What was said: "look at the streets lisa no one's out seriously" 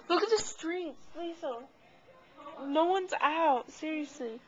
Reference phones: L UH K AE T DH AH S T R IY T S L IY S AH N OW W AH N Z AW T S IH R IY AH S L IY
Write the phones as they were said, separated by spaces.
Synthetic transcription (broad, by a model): L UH K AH T DH AH S T R IY T S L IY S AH N OW W AH N Z AW T S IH R IY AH S L IY